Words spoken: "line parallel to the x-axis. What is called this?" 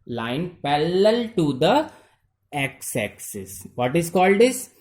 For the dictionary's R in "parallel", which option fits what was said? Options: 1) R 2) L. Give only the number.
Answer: 2